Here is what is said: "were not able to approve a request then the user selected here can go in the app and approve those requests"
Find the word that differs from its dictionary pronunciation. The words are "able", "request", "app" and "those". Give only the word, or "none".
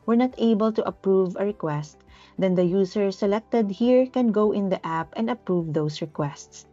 those